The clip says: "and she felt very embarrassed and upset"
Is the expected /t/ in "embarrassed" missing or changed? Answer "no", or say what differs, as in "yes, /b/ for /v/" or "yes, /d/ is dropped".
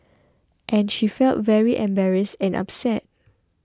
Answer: yes, /t/ is dropped